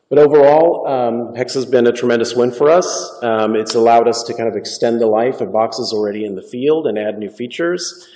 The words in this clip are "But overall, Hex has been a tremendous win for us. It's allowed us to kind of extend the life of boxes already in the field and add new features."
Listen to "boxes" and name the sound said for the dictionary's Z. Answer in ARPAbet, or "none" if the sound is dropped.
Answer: Z